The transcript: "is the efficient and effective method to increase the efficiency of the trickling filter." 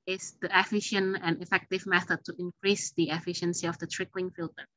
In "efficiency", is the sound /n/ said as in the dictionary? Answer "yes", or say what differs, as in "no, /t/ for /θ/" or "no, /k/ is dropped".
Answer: yes